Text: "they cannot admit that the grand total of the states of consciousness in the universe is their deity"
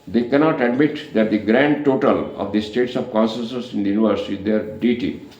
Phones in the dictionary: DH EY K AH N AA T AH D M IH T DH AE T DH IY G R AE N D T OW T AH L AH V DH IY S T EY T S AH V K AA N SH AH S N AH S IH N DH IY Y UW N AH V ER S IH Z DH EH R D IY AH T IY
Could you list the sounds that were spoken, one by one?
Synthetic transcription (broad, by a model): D EY K AH N AA T AH D M IH T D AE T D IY G R AE N D T OW T AH L AH V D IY S T EY T S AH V K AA N S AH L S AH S IH N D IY Y UW N AH V ER S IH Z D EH R D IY T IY